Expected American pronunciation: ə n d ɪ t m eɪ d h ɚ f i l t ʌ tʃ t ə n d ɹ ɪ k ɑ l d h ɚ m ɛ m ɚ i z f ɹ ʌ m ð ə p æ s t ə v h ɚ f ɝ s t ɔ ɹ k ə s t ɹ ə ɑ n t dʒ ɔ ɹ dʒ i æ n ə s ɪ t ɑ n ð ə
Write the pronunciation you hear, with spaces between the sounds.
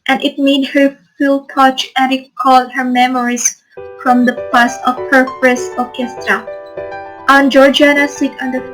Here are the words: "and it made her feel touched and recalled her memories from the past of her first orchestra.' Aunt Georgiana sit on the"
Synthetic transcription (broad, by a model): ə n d ɪ t m eɪ d h ɚ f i l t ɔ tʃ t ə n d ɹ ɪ k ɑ l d h ɚ m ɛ m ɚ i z f ɹ ʌ m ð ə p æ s ə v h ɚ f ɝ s ɔ ɹ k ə s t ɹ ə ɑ n dʒ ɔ ɹ dʒ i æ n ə s ɪ t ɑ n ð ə